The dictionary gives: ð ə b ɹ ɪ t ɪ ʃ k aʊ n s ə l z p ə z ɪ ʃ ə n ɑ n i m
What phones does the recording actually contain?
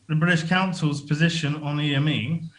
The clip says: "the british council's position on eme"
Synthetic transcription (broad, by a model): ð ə b ɹ ɪ t ɪ ʃ k aʊ n s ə l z p ə z ɪ ʃ ə n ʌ n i m